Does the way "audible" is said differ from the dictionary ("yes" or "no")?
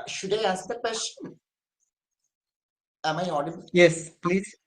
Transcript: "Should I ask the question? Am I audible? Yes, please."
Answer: yes